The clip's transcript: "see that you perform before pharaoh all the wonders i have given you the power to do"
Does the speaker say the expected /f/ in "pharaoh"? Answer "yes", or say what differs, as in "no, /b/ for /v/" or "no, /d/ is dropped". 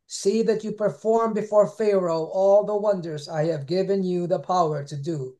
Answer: yes